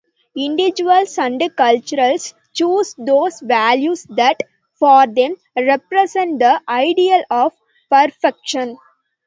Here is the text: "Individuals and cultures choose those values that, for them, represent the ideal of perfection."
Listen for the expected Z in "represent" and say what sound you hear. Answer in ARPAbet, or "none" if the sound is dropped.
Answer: S